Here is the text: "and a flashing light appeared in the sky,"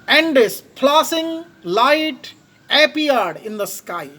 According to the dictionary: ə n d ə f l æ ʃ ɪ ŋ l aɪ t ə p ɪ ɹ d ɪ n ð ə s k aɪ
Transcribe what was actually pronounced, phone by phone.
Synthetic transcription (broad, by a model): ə n d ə p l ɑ s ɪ ŋ l aɪ t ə p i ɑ d ɪ n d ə s k aɪ